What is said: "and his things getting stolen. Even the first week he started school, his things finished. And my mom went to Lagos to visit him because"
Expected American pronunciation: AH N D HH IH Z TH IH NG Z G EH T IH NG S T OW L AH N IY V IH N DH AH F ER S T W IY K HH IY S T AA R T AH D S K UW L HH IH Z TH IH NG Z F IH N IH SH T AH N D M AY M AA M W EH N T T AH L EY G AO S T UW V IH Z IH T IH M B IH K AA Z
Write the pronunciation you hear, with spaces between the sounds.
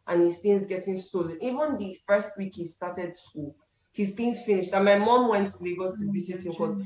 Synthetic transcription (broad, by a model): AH N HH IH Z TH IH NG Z G EH T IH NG S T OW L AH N IY V IH N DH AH F ER S T W IY K HH IY S T AA T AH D S K UW L HH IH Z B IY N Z F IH N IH SH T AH N M AY M AA M W EH N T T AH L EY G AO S T UW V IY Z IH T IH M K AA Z